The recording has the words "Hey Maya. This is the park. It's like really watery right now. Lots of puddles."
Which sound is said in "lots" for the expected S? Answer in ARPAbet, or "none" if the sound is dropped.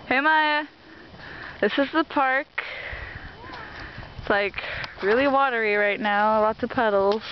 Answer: none